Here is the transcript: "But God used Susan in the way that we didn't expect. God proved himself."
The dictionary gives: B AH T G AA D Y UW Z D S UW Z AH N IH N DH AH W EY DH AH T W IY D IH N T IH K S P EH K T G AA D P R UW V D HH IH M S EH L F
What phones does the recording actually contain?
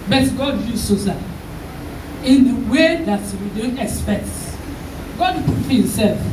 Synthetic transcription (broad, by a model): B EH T G AA D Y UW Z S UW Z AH IH N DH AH W EY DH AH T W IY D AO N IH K S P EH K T G AA D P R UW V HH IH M S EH L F